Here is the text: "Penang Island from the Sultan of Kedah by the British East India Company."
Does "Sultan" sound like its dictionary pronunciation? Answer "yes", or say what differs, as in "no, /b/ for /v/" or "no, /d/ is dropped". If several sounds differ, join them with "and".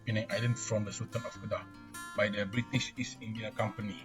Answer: no, /l/ is dropped